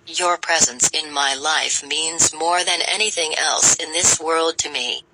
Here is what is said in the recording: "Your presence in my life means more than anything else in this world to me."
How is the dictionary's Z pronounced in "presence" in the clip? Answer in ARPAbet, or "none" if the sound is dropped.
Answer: Z